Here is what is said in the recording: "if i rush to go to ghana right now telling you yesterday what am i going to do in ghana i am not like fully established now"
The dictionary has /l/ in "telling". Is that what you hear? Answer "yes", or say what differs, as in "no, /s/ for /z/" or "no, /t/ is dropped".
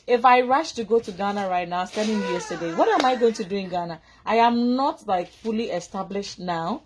no, /n/ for /l/